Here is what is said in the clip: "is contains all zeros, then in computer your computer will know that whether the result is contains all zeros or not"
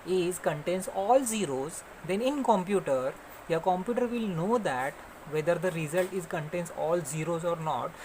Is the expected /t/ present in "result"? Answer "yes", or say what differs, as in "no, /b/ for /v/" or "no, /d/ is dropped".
yes